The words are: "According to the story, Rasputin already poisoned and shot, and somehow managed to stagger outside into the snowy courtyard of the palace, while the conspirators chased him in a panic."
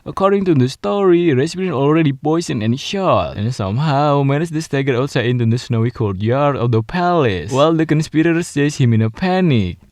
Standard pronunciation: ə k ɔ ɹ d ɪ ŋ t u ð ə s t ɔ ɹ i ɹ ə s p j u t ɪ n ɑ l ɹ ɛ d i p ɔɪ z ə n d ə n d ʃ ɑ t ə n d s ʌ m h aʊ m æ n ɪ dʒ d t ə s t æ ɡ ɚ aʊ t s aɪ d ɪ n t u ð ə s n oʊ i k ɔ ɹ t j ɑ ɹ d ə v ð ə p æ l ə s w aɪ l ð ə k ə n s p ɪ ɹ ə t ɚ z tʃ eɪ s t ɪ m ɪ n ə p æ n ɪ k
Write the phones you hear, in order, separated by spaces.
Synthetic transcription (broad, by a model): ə k ɔ ɹ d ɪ ŋ t u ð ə s t ɔ ɹ i ɹ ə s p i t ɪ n ɑ l ɹ ɛ d i p ɔɪ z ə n ə n ʃ ɑ t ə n s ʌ m h aʊ m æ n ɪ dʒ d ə s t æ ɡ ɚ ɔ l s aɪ ɪ n t u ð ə s n oʊ i k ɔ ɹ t j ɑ ɹ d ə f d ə p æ l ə s w aɪ l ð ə k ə n s p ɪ ɹ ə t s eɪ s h ɪ m ɪ n ə p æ n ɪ k